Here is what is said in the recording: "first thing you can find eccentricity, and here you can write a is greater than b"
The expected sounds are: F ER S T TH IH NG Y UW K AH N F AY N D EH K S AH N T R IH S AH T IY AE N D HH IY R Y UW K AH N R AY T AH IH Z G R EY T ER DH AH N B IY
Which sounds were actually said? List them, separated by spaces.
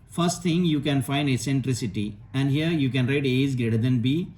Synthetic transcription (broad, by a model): F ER S T T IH NG Y UW K AH N F AY N D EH S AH N T R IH S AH T IY AE N D HH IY R Y UW K AH N R AY T AH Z G R EY T ER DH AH N B IY